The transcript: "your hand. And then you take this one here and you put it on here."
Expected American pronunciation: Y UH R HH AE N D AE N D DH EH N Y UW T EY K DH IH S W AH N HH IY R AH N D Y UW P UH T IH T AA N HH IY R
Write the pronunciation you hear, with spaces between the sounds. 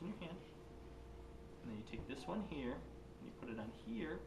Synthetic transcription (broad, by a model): Y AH R HH AE N D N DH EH N Y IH T EY K DH IH S W AH N HH IY R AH N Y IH P UH T IH T N HH IY R